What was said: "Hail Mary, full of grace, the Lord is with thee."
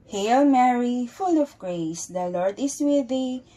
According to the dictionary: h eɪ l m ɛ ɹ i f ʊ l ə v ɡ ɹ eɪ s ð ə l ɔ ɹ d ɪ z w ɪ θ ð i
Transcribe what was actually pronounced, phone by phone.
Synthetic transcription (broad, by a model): h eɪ l m ɛ ɹ i f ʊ l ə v ɡ ɹ eɪ s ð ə l ɔ ɹ d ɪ s w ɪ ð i